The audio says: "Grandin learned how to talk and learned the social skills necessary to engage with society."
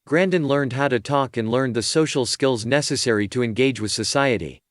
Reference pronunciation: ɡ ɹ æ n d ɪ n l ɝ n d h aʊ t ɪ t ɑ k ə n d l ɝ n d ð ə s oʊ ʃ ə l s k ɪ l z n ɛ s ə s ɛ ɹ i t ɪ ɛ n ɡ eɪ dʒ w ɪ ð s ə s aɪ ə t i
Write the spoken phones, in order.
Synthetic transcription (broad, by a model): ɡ ɹ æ n d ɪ n l ɝ n d h aʊ t ɪ t ɑ k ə n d l ɝ n ð ə s oʊ ʃ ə l s k ɪ l z n ɛ s ə s ɛ ɹ i t ɪ ɛ n ɡ eɪ dʒ w ɪ ð s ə s aɪ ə t i